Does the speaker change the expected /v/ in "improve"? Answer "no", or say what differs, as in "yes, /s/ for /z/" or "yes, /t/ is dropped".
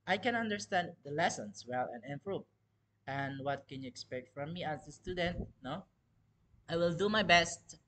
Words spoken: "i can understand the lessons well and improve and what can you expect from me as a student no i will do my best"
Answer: yes, /v/ is dropped